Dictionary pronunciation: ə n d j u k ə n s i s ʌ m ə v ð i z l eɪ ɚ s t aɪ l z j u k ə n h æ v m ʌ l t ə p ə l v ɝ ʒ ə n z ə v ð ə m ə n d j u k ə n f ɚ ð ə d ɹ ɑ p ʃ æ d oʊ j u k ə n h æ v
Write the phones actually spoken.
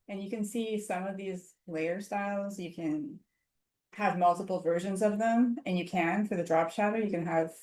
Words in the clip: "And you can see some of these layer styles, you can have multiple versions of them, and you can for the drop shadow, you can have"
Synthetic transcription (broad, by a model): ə n j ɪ k ə n s i s ʌ m ə v ð i z l eɪ ɚ s t aɪ l z j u k ə n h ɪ v m ʌ l t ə p l v ɝ ʒ ə n z ə v ð ə m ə n j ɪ k ə n f ɚ ð ə d ɹ ɑ p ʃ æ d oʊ j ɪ k ə n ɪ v